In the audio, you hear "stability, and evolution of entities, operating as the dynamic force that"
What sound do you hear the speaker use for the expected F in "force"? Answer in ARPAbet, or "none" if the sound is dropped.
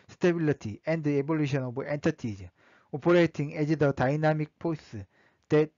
P